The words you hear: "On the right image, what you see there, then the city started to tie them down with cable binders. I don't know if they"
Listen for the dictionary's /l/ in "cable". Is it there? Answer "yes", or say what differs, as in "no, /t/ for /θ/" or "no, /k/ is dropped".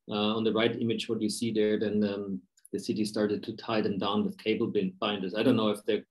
no, /n/ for /l/